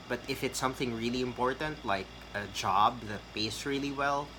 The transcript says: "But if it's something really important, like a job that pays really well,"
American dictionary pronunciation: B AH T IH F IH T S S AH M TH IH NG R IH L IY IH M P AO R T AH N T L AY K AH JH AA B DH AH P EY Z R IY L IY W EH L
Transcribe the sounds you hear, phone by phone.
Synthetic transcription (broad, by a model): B AH T IH F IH T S S AH M TH IH NG R IH L IY IH M P AO R T AH N T L AY K AH JH AA B DH AH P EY S R IY L IY W EH L